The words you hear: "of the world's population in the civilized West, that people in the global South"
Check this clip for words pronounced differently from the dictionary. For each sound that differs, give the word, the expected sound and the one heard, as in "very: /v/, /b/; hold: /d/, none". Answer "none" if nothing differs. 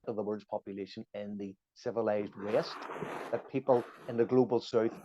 world's: /l/, none